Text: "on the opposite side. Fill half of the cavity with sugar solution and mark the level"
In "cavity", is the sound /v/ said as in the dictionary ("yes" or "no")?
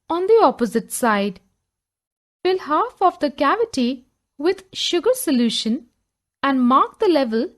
yes